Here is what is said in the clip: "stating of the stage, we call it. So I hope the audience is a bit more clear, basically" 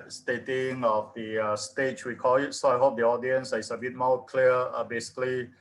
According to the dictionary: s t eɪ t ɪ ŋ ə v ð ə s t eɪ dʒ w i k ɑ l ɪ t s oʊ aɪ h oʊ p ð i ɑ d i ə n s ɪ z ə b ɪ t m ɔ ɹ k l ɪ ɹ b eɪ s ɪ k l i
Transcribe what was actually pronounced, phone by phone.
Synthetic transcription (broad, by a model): s t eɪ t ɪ ŋ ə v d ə s t eɪ tʃ w i k ɑ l ɪ t s oʊ aɪ h oʊ p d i ɑ d i ə n s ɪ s ə b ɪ t m ɔ k l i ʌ b eɪ s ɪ k l i